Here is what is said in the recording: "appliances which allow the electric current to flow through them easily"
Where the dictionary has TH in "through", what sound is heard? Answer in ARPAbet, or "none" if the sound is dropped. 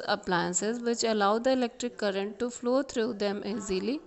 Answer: T